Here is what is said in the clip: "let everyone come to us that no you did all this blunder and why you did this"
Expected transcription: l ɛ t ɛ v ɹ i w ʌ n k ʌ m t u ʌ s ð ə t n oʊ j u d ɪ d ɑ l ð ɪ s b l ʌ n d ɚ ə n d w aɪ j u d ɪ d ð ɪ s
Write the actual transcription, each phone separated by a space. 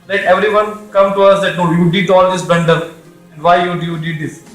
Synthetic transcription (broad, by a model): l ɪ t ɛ v ɹ i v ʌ n k ʌ m t u ʌ s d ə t n oʊ j u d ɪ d ɑ l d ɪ s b ɛ n d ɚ ə n d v aɪ j u d ɪ d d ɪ s